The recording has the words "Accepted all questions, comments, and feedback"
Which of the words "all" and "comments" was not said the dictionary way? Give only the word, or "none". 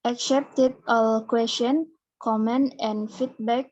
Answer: comments